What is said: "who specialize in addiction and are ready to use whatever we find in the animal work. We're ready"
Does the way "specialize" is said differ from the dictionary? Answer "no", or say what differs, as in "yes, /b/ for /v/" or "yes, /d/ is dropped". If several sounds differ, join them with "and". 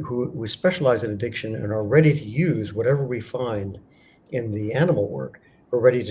no